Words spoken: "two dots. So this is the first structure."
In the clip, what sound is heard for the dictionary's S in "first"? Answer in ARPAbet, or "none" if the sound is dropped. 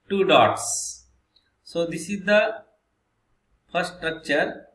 none